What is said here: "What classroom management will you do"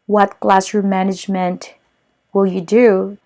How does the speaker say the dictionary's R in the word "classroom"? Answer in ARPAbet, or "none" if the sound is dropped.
none